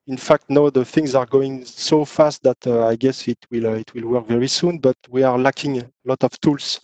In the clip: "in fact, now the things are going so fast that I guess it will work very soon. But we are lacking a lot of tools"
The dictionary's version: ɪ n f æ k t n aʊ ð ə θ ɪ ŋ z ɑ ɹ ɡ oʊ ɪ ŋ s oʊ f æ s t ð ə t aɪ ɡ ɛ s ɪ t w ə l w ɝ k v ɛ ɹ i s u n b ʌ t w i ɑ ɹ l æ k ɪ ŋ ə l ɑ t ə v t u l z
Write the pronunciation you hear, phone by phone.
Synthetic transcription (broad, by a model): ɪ n f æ k t n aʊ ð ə θ ɪ ŋ z ɑ ɹ ɡ oʊ ɪ ŋ s oʊ f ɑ s t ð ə t aɪ ɡ ɛ s ɪ t w ə l w ɝ k v ɛ ɹ i s u n b ʌ t w i ɑ ɹ l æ k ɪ ŋ ə l ɑ t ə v t u l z